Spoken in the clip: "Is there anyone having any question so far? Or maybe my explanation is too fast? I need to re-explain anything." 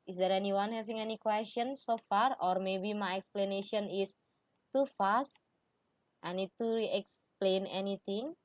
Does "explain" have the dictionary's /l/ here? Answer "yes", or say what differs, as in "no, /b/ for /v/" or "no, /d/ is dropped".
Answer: yes